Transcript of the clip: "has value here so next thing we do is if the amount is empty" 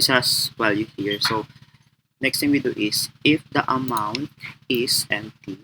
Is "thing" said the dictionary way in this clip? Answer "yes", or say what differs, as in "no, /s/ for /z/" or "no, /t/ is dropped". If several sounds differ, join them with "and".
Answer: no, /t/ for /θ/